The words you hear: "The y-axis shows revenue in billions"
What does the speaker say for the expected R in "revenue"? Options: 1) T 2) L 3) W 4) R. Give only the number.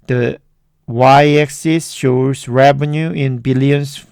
4